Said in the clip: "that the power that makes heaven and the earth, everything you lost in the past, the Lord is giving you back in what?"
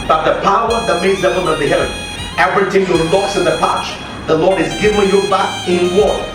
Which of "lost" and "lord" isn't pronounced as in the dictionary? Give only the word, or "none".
lost